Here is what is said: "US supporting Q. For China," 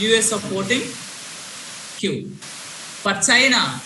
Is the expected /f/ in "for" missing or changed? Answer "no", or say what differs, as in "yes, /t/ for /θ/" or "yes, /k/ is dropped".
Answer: yes, /p/ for /f/